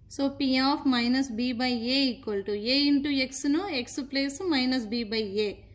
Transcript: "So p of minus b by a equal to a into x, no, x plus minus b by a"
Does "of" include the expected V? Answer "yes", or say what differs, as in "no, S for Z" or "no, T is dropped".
no, P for V